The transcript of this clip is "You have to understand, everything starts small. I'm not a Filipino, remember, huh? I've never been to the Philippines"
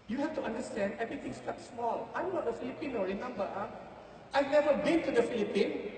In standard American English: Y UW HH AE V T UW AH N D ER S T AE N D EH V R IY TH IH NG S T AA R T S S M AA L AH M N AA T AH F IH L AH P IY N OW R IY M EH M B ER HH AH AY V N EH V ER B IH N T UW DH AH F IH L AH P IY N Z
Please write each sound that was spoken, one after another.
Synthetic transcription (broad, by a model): Y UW HH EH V T UW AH N D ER S T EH N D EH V R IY T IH NG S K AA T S S M AA L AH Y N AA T AH F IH L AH P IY N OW R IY M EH M B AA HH AY V N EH V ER B IH N T UW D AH F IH L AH P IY N